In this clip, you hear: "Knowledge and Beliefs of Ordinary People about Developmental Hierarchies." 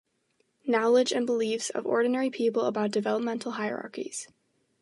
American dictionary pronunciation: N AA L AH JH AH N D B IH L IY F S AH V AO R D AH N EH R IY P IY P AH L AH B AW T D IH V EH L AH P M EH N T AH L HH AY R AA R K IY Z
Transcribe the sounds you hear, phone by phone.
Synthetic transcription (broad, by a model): N AA L AH JH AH N B IH L IY F S AH V AO R D N EH R IY P IY P L AH B AW T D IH V EH L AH P M EH N T L HH AY R AA R K IY Z